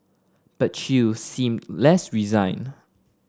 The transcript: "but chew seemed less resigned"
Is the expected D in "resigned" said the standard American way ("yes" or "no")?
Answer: no